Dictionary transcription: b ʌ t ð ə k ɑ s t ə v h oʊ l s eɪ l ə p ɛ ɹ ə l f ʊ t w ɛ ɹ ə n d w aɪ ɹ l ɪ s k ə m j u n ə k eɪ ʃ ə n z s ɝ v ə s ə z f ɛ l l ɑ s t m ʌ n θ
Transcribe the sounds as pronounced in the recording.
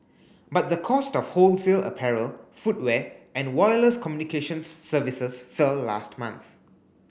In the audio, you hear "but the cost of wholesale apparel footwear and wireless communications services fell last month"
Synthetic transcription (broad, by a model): b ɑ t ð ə k ɑ s t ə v h oʊ l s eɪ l ə p ɛ ɹ ə l f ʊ t w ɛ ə n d w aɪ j l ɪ s k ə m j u n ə k eɪ ʃ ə n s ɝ v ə s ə s f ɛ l l ɑ s t m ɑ n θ